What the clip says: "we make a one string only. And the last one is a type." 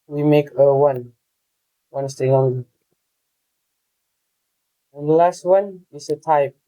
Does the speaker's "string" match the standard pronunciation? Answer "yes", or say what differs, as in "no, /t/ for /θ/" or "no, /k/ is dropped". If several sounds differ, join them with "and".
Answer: no, /ɹ/ is dropped